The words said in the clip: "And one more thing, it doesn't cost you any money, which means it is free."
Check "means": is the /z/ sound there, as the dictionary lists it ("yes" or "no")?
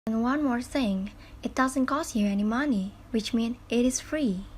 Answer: no